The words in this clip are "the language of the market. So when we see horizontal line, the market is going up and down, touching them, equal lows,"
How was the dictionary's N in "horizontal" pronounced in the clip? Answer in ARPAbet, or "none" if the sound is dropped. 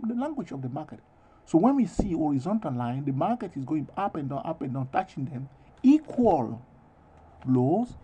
N